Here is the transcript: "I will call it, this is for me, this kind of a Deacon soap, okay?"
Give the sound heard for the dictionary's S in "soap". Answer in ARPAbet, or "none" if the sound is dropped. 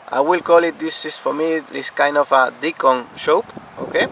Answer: SH